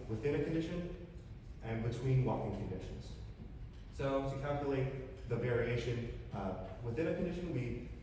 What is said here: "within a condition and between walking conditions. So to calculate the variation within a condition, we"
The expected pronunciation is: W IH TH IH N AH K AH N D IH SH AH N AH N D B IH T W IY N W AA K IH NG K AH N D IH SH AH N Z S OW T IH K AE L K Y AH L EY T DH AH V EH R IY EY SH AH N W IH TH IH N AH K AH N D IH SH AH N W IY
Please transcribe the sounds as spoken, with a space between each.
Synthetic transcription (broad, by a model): W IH TH IH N AH K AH N D IH SH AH N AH N B IH T W IY N W AA K IH NG K AH N D IH SH AH N Z S OW T IH K AE L K Y AH L EY T DH AH V EH R IY EY SH AH N W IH TH IH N AH K N D IH SH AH N W IY